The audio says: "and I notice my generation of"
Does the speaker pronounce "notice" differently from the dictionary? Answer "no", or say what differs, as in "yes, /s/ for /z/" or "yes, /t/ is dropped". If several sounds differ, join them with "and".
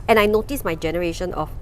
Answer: no